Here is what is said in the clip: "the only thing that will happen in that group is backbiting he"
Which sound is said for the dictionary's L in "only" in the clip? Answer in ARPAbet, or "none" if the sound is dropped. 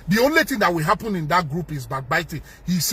L